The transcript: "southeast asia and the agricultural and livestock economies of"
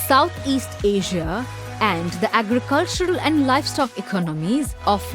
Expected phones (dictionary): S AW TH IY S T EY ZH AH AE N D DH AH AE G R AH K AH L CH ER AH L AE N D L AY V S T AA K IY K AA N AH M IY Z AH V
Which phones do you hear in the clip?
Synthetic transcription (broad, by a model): S AW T IY S T EY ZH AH AE N D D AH AE G R AH K AH L CH ER AH L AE N D L AY F S T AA K IY K AA N AH M IY Z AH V